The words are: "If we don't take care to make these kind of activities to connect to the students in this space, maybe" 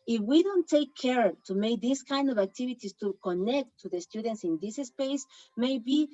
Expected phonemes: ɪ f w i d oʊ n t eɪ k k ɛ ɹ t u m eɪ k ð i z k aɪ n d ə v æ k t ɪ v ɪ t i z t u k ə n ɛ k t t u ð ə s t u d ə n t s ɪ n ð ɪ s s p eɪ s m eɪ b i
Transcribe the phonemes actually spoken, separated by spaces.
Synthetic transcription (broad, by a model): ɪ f w i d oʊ n t eɪ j k ɛ ɹ t u m eɪ k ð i s k aɪ n d ə v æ k t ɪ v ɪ t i s t u k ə n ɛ k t t u ð ə s t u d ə n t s ɪ n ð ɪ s s p eɪ s m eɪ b i